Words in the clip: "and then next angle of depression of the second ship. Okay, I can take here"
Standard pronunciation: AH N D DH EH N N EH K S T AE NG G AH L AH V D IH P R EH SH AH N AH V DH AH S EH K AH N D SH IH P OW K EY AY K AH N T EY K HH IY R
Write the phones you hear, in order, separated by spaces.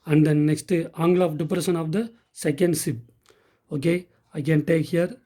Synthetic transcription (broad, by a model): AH N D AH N N EH K S T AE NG G L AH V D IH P R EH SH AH N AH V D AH S EH K AH N D S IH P OW K EY AY K AH N T EY K HH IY R